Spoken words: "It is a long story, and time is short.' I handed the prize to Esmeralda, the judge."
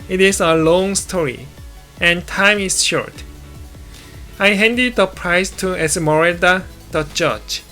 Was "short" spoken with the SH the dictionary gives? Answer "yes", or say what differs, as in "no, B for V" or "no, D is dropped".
yes